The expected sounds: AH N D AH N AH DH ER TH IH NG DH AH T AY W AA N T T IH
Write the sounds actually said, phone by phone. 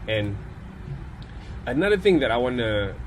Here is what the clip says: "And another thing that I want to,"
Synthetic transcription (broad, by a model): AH N AH N AH DH ER TH IH NG DH AH T AY W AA N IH